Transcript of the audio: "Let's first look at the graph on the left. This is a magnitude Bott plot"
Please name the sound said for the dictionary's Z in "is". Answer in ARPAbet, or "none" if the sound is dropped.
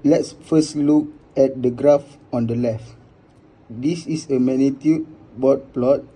S